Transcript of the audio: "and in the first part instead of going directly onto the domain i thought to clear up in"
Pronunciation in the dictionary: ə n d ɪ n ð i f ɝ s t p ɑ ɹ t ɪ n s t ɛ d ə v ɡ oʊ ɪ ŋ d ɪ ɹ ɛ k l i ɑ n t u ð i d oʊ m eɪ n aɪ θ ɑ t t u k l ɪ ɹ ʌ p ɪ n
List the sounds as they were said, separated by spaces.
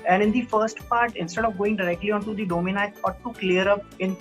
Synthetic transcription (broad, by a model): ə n d ɪ n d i f ɝ s t p ɑ ɹ t ɪ n s t ɛ d ə v ɡ oʊ ɪ ŋ d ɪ ɹ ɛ k l i ɑ n t u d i d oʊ m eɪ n aɪ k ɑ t t u k l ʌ ɹ ʌ p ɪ n